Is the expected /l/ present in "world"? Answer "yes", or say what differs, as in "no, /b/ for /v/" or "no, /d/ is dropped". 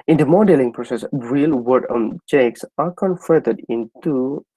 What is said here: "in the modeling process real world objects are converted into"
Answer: no, /l/ is dropped